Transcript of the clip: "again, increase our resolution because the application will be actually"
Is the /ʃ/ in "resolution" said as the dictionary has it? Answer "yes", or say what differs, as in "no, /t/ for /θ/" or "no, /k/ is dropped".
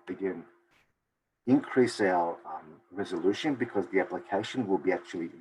yes